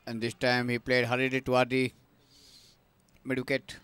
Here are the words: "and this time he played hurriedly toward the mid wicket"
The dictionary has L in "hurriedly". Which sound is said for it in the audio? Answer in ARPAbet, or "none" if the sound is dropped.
none